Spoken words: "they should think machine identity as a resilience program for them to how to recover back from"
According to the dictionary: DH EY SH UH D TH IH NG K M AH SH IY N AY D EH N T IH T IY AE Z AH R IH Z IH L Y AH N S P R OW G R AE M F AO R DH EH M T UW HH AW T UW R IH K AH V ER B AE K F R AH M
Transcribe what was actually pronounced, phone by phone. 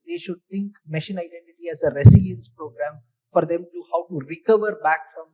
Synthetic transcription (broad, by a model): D EY SH UH D T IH NG K M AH SH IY N AY D EH N T IH T IY AE Z AH R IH S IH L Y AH N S P R OW G R AE M F AO R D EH M T UW HH AW T UW R IH K AH V ER B AE K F R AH M